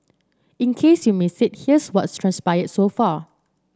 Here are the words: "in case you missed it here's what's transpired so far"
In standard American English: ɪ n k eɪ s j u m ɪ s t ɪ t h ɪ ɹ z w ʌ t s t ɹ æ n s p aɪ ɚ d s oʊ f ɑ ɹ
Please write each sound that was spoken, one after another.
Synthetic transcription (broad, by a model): ɪ n k eɪ s j u m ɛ s ɪ t h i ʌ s w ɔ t s t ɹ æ n s p aɪ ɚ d s oʊ f ɑ